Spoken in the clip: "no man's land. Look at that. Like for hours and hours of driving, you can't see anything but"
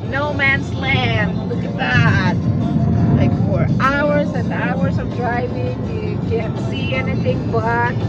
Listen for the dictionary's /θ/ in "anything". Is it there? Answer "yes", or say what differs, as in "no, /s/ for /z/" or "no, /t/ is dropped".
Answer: yes